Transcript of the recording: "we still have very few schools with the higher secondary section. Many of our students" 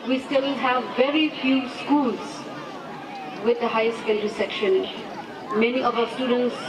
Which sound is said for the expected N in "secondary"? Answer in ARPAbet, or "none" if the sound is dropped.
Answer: L